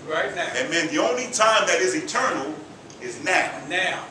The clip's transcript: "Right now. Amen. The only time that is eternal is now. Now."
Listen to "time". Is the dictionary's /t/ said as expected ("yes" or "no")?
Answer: yes